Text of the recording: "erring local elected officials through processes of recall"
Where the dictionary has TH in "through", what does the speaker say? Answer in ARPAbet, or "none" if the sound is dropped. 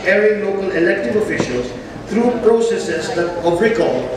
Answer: T